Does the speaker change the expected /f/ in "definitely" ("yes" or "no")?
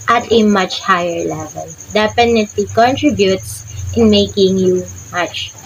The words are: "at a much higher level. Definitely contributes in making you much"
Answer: yes